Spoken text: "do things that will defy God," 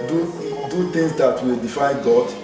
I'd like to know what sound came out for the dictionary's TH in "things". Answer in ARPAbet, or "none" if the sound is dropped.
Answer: T